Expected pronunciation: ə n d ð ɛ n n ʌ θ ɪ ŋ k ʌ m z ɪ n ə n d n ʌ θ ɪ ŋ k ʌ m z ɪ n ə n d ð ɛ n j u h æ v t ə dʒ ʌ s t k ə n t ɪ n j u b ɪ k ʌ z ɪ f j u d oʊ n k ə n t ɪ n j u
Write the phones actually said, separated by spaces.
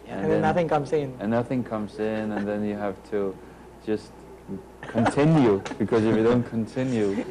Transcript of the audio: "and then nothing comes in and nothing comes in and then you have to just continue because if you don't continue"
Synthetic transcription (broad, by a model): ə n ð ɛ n n ʌ θ ɪ ŋ k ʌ m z ɪ n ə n n ʌ θ ɪ ŋ k ʌ m z ɪ n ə n ð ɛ n j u h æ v t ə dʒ ʌ s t k ə n t ɪ n j u b ɪ k ʌ z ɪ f j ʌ d oʊ n k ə n t ɪ n j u